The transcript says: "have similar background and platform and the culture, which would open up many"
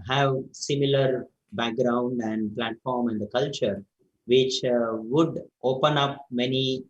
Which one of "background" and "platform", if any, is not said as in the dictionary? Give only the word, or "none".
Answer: none